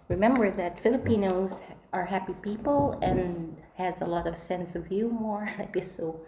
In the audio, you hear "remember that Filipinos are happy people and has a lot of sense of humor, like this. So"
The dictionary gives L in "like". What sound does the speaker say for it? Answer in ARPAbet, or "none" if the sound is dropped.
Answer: N